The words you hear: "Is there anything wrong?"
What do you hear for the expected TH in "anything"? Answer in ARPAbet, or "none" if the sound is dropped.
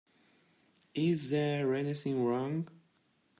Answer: S